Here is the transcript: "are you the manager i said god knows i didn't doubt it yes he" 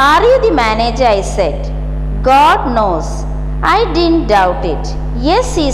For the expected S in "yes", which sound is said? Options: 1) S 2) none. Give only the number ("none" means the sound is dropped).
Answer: 1